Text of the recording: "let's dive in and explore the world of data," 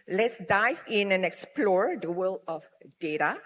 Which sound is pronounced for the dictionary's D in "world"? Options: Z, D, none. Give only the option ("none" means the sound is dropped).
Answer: none